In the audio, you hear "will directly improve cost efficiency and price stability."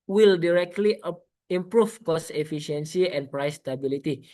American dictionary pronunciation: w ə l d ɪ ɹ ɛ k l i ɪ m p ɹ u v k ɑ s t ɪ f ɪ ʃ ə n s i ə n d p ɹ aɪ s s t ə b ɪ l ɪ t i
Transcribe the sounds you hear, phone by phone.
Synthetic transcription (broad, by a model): w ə l d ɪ ɹ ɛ k l i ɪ m p ɹ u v k ɑ s ɪ f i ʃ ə n s i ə n p ɹ aɪ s s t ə b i l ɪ t i